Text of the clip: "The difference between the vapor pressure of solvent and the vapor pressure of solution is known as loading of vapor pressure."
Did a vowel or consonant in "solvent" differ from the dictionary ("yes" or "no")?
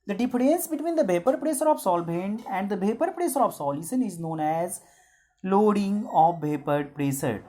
yes